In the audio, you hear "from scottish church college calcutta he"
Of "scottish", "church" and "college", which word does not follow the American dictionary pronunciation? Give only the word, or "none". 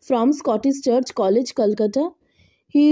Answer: scottish